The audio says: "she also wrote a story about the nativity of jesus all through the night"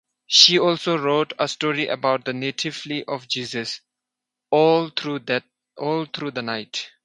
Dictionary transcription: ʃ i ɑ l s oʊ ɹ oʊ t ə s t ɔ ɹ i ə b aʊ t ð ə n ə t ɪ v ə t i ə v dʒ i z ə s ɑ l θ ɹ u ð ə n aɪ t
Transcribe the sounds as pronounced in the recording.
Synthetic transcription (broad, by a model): ʃ i ɑ l s oʊ ɹ oʊ t ə s t ɔ ɹ i ə b aʊ t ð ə n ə t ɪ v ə t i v dʒ i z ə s ɑ l t ɹ u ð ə n aɪ t